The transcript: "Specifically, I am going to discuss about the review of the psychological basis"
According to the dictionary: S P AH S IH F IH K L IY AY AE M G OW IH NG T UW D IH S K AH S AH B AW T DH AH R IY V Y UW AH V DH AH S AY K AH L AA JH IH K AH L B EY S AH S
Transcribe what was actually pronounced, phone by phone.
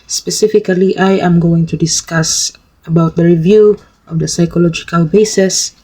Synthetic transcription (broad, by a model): S P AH S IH F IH K L IY AY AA M G OW IH NG T UW D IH S K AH S AH B AW T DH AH R IY V Y UW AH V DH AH S AY K AH L AA JH IH K AH L B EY S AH S